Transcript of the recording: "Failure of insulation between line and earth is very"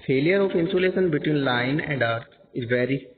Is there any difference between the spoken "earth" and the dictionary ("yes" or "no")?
yes